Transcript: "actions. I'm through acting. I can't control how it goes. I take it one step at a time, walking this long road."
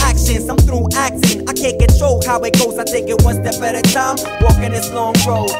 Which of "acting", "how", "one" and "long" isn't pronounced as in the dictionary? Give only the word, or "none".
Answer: acting